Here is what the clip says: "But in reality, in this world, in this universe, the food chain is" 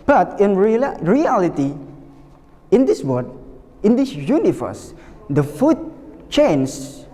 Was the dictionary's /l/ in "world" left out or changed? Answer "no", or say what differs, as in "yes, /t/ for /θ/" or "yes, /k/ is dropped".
yes, /l/ is dropped